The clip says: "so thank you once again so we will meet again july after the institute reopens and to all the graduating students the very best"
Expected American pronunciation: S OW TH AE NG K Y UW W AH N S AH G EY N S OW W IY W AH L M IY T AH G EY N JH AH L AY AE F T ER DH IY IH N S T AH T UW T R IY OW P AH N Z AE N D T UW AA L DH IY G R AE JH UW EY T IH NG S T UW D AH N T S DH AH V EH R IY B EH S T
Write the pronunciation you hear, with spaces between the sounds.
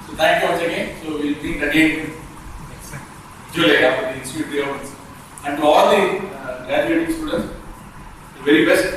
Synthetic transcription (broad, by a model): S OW T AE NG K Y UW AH S AH G EY N S OW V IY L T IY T AH G EY N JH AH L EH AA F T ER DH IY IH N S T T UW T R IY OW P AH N S AE N D T UW AA L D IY G R AE JH UW EY T IH NG S T UW D AH N T S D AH V EH R IY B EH S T